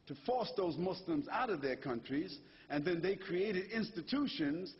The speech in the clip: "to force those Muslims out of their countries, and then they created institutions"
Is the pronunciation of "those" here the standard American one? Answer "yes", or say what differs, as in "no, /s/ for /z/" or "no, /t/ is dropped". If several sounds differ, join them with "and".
yes